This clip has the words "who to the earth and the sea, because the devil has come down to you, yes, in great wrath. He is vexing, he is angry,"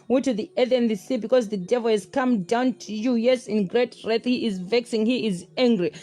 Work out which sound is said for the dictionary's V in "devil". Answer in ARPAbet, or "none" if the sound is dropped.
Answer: V